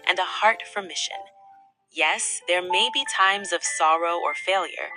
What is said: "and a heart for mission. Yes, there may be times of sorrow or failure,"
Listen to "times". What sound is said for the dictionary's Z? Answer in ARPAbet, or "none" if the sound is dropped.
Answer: Z